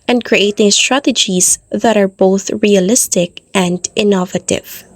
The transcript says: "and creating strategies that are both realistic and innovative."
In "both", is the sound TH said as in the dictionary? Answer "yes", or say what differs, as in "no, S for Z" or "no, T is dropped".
yes